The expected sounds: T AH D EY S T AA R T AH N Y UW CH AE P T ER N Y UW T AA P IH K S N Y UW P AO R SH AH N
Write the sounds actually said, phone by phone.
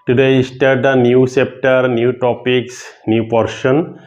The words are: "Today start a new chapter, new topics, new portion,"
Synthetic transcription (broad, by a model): T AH D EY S T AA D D AH N Y UW S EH P T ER N Y UW T AA P IH K S N Y UW P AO R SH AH N